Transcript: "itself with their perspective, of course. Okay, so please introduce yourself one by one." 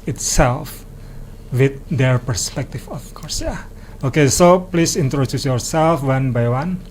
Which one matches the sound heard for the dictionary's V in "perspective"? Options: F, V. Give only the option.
F